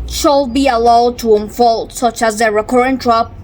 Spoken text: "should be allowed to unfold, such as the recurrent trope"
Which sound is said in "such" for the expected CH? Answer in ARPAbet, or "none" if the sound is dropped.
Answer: CH